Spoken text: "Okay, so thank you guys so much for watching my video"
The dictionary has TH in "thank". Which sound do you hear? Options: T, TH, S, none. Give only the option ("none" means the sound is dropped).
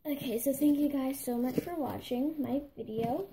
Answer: TH